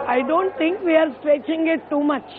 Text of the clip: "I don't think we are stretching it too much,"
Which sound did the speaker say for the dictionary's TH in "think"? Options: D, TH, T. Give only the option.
T